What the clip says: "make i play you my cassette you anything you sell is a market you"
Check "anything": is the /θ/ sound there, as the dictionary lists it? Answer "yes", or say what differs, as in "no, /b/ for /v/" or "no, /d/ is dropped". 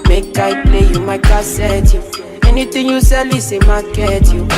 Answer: no, /t/ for /θ/